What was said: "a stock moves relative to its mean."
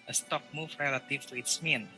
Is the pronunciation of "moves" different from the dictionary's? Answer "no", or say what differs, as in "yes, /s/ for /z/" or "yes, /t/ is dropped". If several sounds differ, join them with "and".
yes, /z/ is dropped